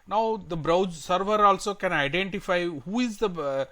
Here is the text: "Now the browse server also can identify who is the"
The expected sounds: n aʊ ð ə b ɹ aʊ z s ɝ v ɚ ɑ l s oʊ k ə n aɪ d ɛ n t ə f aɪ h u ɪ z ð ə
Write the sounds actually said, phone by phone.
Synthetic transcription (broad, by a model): n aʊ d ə b ɹ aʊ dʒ s ɝ v ɚ ɑ l s oʊ k ə n aɪ d ɛ n t ə f aɪ h u ɪ z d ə